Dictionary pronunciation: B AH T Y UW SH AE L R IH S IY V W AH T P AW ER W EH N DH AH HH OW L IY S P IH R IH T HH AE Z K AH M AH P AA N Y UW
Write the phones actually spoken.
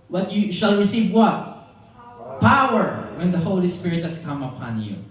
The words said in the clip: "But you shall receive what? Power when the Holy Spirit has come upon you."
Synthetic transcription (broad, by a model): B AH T Y UW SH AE L R IH S IY V W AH T P AW ER W EH N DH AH HH OW L IY S P IH R IH T HH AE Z K AH M AH P AA N Y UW